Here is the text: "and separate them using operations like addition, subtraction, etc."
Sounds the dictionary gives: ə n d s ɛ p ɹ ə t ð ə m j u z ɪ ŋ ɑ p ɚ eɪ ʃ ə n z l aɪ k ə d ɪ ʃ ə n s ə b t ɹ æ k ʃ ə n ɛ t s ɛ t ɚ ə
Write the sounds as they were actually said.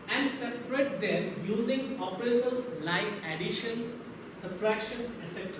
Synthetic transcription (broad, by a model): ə n d s ɛ p ɹ ə t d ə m j u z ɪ ŋ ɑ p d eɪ s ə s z l aɪ k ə d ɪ ʃ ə n s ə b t ɹ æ k ʃ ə n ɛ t s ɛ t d